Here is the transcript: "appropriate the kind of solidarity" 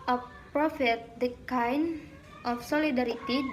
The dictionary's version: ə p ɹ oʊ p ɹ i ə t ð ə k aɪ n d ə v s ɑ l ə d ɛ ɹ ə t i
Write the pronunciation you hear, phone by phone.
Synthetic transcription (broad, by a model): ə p p ɹ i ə t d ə k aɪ n ə f s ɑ l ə d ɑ ɹ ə t i